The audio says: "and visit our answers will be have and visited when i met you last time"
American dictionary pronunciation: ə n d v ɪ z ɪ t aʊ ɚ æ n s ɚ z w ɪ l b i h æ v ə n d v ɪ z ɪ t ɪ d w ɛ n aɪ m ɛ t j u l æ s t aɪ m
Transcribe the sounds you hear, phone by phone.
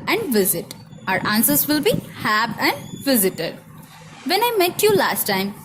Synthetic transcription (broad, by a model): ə n d v ɪ z ɪ t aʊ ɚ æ n s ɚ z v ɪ l b i h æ b ə n d v ɪ z ɪ t ɪ d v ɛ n aɪ m ɛ t j u l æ s t aɪ m